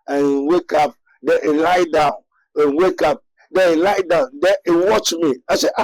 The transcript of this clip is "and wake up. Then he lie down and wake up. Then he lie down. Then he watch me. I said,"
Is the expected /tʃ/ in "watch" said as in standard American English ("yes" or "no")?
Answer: yes